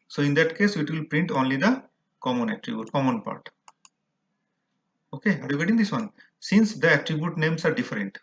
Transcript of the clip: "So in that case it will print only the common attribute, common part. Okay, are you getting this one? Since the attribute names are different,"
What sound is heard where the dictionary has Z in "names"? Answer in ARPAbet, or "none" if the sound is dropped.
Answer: S